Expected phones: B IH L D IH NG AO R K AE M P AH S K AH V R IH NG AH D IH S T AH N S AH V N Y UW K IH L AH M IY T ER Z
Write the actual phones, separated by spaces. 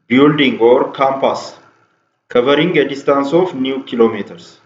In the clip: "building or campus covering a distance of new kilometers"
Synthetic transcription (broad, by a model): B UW L D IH NG AO R K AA M P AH S K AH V R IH NG AH D IH S T AH N S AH F N Y UW K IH L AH M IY T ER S